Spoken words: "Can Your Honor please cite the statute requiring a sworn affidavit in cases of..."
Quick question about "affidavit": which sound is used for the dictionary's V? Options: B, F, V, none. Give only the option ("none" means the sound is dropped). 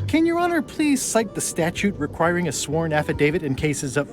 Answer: V